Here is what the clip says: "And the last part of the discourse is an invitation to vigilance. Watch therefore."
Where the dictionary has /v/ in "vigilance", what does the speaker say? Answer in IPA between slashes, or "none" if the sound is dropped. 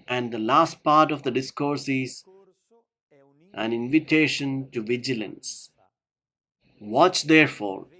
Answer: /v/